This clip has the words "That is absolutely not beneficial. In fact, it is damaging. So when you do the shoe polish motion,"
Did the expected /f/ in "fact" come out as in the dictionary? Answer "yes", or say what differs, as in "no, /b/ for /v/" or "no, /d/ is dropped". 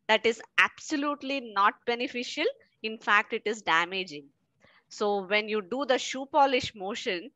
yes